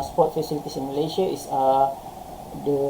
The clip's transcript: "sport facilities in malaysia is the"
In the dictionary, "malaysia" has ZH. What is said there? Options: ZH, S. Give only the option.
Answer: S